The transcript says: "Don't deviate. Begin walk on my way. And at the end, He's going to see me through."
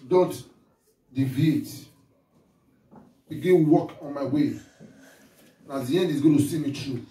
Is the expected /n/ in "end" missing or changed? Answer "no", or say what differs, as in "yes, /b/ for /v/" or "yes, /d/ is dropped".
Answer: no